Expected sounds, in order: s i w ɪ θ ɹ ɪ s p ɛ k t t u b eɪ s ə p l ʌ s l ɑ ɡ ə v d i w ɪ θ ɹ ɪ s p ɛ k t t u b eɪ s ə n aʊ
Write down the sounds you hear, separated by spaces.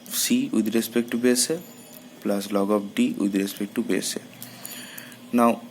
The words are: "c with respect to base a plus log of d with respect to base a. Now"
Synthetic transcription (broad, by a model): s i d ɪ ɹ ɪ s p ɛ k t t u b eɪ s ə p l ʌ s l ɑ ɡ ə p d i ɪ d ɹ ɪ s p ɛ k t t u b eɪ s ə n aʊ